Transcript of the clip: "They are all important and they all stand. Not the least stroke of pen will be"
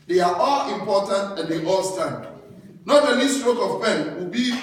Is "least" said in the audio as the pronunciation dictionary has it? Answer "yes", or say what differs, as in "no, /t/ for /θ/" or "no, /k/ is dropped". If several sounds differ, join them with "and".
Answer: no, /n/ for /l/